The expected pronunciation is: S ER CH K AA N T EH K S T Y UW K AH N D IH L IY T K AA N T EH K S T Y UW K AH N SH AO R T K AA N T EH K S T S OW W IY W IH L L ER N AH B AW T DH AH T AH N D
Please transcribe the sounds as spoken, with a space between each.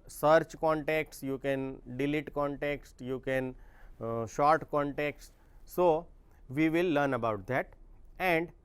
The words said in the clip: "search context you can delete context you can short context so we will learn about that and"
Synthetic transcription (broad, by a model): S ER CH K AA N T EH K S Y UW K AH N D IH L IY T K AA N T EH K S T Y UW K AH N SH AO R T K AA N T EH K S T S OW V IY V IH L L ER N AH B AW T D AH T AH N D